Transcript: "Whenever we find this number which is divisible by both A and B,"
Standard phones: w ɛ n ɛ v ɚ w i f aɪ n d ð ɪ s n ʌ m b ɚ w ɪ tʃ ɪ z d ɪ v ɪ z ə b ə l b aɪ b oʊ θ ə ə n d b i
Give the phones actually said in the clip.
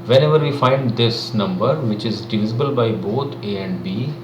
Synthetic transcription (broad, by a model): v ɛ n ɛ v ɚ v i f aɪ n d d ɪ s n ʌ m b ɚ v ɪ tʃ ɪ z d ɪ v ɪ z ə b ə l b aɪ b oʊ t ə ə n d b i